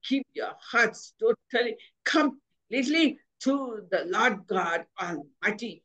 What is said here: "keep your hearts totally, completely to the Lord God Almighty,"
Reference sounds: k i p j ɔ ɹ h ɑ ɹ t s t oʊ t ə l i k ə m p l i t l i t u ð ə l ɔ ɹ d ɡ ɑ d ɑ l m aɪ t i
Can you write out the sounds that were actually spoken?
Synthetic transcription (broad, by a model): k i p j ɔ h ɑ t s t oʊ t ə l i k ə m l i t l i t u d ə l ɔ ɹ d ɡ ɑ d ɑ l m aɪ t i